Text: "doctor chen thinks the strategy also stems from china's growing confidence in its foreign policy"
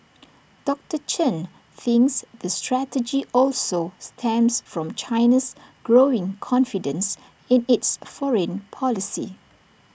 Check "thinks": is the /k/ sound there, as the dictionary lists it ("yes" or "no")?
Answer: yes